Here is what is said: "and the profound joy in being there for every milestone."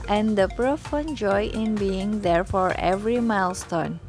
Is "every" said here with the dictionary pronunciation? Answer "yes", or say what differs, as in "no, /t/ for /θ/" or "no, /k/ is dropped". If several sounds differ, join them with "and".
yes